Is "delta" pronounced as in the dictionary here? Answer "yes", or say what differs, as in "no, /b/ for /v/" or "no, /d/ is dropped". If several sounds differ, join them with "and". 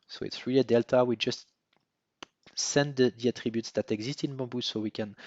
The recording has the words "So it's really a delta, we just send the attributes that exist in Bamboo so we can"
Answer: yes